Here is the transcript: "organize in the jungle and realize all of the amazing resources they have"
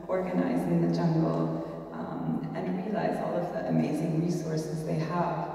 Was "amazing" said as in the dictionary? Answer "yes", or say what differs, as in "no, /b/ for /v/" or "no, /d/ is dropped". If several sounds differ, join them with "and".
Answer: yes